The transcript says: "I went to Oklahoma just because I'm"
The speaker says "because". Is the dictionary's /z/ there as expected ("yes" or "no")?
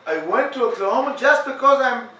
yes